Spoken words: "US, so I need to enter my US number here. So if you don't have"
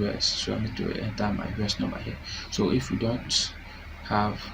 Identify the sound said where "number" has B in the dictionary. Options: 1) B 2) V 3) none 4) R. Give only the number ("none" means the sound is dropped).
3